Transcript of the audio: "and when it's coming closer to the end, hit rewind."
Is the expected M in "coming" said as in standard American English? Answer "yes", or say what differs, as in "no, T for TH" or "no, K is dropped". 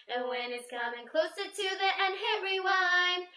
yes